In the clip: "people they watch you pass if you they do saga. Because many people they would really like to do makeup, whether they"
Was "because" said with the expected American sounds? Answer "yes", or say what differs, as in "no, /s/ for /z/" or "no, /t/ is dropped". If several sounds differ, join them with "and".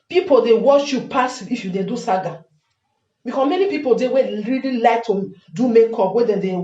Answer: no, /s/ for /z/